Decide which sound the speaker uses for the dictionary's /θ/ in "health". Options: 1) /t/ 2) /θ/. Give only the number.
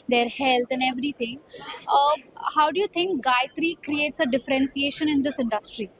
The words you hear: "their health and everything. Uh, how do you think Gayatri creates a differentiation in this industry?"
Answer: 1